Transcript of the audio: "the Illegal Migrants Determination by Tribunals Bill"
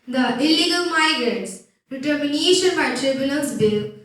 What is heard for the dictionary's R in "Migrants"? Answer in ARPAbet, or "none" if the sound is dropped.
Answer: R